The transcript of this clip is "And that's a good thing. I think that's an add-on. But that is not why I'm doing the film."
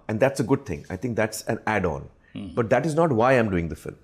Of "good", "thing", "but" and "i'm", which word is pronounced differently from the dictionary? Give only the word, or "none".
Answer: thing